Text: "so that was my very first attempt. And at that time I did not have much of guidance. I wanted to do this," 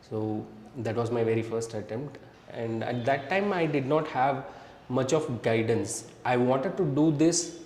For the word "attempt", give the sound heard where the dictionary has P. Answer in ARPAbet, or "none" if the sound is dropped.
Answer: P